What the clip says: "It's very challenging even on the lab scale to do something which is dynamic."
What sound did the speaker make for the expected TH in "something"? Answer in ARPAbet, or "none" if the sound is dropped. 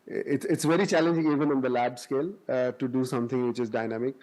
T